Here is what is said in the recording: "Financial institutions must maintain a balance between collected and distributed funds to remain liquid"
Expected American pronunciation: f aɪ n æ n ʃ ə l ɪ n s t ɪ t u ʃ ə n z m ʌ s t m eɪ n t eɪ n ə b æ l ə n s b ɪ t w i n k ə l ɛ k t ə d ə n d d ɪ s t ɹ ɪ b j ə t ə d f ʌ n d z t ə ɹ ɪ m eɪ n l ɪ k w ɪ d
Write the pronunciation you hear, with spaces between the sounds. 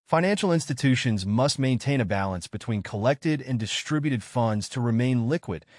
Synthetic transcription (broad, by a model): f aɪ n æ n ʃ l ɪ n s t ɪ t u ʃ ə n z m ʌ s t m eɪ n t eɪ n ə b æ l ə n s b ɪ t w i n k ə l ɛ k t ə d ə n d d ɪ s t ɹ ɪ b j ə t ə d f ʌ n d z t ə ɹ ɪ m eɪ n l ɪ k w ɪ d